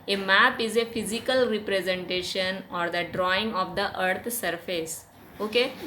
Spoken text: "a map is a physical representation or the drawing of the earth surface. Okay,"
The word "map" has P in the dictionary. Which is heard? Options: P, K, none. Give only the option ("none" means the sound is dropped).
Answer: P